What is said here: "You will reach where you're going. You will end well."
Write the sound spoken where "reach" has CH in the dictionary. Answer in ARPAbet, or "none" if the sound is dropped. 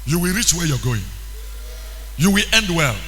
CH